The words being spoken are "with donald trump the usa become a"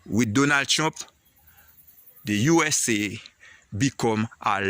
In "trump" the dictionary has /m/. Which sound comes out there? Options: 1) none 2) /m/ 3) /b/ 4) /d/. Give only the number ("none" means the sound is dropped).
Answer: 1